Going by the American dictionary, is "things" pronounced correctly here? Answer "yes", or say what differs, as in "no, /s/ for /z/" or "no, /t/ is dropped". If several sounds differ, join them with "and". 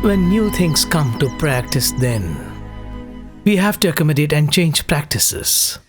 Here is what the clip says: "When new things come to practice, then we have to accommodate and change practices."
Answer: no, /t/ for /θ/